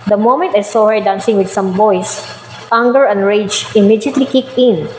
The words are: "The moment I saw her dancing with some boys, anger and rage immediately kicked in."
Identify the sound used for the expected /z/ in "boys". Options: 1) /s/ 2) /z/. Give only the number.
1